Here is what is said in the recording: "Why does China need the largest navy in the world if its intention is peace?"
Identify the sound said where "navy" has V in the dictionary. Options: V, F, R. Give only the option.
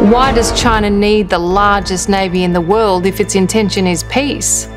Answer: V